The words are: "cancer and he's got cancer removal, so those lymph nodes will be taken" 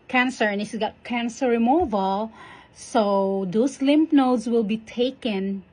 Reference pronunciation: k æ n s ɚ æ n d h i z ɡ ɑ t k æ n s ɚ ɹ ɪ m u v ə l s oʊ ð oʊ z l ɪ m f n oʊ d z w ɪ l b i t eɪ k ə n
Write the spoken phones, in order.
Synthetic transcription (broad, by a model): k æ n s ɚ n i s ɡ ɑ t k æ n s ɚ ɹ ɪ m u v ə l s oʊ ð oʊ s l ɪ m p n oʊ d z w ɪ l b i t eɪ k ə n